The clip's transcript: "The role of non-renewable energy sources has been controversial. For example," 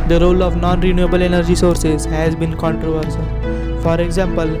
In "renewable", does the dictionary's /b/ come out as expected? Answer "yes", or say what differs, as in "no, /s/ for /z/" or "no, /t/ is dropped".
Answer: yes